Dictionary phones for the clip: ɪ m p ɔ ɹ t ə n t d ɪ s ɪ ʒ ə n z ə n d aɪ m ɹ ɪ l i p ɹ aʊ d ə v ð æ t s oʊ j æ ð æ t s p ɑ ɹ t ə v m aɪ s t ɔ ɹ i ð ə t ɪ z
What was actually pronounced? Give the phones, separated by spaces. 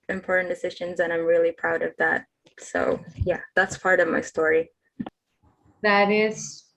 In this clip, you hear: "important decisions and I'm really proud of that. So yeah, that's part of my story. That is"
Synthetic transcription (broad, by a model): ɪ m p ɔ ɹ t n d ɪ s ɪ ʒ ə n z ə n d aɪ m ɹ ɪ l i p ɹ aʊ d ə v ð æ t s oʊ j æ ð æ t s p ɑ ɹ t ə v m aɪ s t ɔ ɹ i ð ə t ɪ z